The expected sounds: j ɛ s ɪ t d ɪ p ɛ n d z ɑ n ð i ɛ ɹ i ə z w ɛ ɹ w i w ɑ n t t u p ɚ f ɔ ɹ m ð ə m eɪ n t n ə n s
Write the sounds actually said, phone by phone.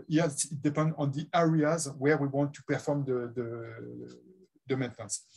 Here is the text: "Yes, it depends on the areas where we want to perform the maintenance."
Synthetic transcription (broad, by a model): j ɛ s ɪ t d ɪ p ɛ n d ɑ n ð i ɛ ɹ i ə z w ɛ ɹ w i w ɑ n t t u p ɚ f ɔ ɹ m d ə m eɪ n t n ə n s